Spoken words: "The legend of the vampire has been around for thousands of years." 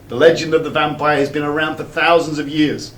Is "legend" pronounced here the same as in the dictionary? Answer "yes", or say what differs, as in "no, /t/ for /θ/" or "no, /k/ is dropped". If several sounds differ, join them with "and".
yes